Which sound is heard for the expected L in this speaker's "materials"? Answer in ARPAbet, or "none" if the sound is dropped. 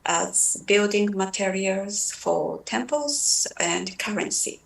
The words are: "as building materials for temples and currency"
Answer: L